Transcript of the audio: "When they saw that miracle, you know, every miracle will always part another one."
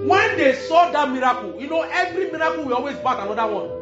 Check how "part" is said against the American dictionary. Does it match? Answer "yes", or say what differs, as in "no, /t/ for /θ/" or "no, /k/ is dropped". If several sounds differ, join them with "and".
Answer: no, /b/ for /p/